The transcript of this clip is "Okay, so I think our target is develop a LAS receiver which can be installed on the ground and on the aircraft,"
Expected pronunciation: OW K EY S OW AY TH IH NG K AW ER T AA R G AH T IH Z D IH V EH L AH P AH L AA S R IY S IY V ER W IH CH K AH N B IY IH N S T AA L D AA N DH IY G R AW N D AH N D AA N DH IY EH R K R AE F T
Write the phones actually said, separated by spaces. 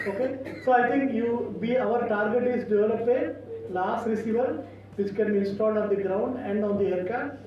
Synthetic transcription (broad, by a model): OW K EY S OW AY T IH NG K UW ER T AA R G AH T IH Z D IH V EH L AH P AH L AA S R IY S IY V ER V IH CH K AH N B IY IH N S T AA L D AA N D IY G R AW N D AH N D AA N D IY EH R K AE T